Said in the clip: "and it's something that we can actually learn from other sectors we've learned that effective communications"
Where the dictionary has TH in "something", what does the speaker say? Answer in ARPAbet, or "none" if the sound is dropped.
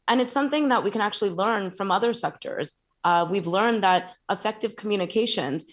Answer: TH